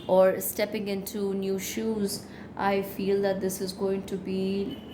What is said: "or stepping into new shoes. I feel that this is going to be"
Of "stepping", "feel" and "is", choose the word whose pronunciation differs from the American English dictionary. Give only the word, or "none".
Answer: none